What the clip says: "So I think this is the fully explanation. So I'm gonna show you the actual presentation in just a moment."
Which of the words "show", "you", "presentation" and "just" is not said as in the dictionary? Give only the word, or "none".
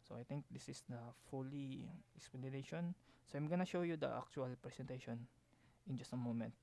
presentation